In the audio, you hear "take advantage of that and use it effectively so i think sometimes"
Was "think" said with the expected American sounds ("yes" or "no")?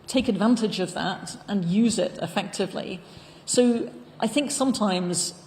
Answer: yes